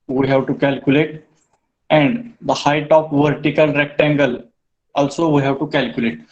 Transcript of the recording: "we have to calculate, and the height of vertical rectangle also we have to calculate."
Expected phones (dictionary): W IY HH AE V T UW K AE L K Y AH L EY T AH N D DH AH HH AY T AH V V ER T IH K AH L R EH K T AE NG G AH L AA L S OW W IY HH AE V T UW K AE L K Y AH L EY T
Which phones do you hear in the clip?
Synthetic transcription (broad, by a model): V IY HH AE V T UW K AE L K Y AH L EY T AH N D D AH HH AY T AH P V ER T IH K AH L R EH K T AE NG G AH L AA L S OW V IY HH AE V T UW K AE L K Y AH L EY T